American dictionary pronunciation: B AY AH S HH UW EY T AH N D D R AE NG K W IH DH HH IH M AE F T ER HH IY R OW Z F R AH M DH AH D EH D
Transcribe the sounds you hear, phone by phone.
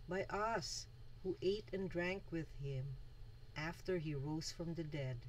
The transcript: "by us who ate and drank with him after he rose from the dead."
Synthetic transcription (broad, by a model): B AY AH S HH UW EY T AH N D D R AE NG K W IH DH HH IH M AE F T ER HH IY R OW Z F R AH M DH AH D EH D